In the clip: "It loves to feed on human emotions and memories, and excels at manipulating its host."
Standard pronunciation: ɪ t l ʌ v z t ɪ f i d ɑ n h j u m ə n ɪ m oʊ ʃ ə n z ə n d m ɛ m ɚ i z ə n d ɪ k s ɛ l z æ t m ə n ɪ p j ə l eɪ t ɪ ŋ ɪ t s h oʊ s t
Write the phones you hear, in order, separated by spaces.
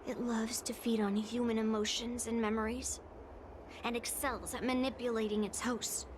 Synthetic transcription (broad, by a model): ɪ t l ʌ v z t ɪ f i d n h j u m ə n ɪ m oʊ ʃ ə n z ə n m ɛ m ɚ i z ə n ɪ k s ɛ l z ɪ t m ə n ɪ p j ə l eɪ t ɪ ŋ ɪ t s h oʊ s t